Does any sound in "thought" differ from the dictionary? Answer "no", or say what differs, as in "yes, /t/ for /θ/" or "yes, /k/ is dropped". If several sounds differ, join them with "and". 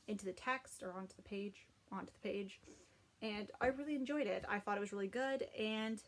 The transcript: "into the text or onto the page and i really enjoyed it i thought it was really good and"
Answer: no